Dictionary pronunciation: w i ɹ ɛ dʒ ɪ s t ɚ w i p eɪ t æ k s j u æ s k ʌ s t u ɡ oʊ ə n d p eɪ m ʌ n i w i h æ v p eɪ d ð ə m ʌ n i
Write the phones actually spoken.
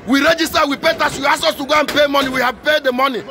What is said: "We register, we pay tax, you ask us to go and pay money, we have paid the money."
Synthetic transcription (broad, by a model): w i ɹ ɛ dʒ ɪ s t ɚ w i p eɪ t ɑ s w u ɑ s ɔ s t u ɡ oʊ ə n p eɪ m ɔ n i w i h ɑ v p eɪ d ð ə m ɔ n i